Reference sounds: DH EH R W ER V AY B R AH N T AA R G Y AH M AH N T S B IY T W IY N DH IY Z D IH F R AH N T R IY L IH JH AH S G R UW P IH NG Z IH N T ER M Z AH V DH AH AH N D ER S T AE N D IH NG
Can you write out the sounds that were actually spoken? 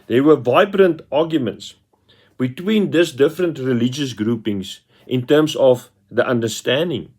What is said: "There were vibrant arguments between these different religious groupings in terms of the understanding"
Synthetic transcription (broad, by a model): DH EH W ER V AY B R AH N T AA G Y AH M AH N T S B IY T W IY N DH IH S D IH F R AH N T R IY L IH JH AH S G R UW P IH NG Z IH N T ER M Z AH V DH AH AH N D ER S T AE N D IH NG